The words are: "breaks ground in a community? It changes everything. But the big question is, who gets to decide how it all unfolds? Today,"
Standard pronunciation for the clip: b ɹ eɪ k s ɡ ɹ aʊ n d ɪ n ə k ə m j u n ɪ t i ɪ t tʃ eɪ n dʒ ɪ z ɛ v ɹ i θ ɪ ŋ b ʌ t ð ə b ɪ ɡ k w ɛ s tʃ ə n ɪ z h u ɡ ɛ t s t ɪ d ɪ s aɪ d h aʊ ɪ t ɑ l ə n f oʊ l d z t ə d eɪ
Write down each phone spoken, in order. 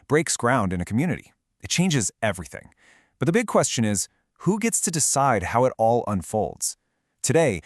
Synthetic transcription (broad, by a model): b ɹ eɪ k s ɡ ɹ aʊ n d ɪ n ə k m j u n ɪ t i ɪ t tʃ eɪ n dʒ ɪ z ɛ v ɹ i θ ɪ ŋ b ʌ t ð ə b ɪ ɡ k w ɛ s tʃ ə n ɪ z h u ɡ ɛ t s t ɪ d ɪ s aɪ d h aʊ ɪ t ɑ l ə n f oʊ l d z t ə d eɪ